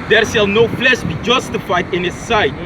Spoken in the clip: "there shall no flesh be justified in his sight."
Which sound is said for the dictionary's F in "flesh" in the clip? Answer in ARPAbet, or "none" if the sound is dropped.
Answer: P